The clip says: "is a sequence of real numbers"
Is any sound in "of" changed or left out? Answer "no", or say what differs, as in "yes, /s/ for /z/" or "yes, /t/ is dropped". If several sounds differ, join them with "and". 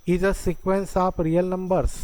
yes, /p/ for /v/